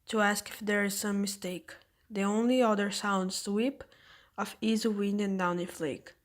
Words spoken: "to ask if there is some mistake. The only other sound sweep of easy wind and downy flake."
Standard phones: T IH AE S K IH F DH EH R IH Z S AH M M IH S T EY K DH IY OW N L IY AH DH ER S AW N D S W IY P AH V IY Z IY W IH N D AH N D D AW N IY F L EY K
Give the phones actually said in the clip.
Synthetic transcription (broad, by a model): T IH AE S K IH F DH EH R IH Z S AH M M IH S T EY K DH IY OW N L IY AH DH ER S AW N D S W IY P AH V IY Z IY W IH N D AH N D D AW N IY F L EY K